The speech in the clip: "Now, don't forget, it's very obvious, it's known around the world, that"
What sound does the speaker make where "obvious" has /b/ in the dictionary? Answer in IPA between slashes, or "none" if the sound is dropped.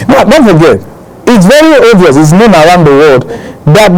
none